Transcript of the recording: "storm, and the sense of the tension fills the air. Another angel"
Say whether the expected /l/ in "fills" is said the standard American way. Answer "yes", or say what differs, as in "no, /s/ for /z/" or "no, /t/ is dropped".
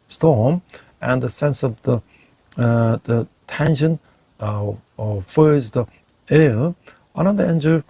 no, /l/ is dropped